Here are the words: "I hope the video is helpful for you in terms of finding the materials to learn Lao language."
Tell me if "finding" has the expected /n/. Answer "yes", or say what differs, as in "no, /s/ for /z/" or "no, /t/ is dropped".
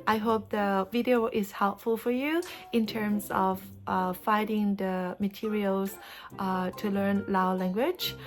no, /n/ is dropped